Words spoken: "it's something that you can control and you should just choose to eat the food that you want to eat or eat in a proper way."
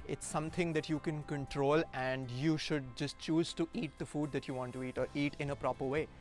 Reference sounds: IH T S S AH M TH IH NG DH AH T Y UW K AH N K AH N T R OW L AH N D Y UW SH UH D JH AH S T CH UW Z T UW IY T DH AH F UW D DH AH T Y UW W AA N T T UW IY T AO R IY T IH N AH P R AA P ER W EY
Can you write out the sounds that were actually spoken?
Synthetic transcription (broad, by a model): IH T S S AH M T IH NG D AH T Y UW K AH N K AH N T R OW L AH N D Y UW SH UH D JH AH S T CH UW Z T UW IY T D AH F UW D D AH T Y UW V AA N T T UW IY T AO R IY T IH N AH P R AA P ER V EY